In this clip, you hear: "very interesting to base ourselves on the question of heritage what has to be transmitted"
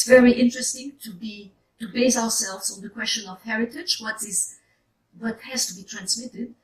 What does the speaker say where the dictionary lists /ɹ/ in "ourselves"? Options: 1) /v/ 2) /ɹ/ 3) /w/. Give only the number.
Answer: 3